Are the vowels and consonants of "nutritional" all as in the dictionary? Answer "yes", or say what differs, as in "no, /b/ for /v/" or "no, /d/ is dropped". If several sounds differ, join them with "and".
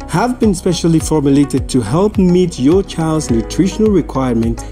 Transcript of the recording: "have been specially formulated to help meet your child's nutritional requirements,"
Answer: yes